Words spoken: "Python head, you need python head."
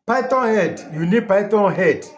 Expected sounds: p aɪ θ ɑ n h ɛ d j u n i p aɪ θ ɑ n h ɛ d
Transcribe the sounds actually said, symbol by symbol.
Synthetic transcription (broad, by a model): p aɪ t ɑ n h ɛ d j u n i p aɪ t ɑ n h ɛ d